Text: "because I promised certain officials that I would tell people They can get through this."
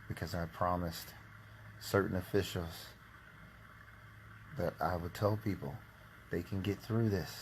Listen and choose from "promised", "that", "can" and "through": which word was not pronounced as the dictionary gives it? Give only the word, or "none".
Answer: none